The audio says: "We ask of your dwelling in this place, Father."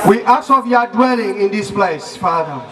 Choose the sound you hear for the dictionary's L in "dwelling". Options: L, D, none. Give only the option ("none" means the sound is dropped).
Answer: L